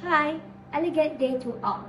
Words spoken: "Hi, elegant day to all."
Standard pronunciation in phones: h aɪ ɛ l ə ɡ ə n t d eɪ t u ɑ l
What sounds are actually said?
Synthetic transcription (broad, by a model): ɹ aɪ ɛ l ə ɡ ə t d eɪ t u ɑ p